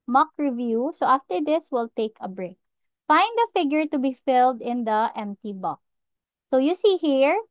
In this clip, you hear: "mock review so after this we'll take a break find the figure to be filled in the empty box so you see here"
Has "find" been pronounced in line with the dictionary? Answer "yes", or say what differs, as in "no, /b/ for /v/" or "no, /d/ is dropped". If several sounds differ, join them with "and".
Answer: yes